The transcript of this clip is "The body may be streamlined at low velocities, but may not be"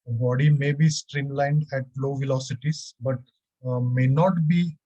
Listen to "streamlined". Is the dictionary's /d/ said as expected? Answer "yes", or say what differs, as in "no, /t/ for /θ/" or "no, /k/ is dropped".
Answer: yes